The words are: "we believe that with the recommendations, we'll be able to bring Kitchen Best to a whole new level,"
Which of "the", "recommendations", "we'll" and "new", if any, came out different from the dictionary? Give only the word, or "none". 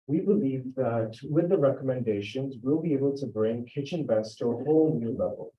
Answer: none